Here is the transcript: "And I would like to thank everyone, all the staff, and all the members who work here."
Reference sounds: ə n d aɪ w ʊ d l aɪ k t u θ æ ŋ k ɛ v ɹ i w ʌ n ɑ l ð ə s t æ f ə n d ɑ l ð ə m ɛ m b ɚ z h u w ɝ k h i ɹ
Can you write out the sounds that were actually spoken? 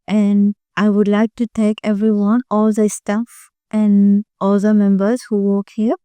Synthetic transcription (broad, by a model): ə n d aɪ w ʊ d l aɪ k t u t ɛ k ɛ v ɹ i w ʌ n ɑ l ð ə s t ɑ f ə n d ɑ l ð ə m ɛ m b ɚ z h u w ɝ k h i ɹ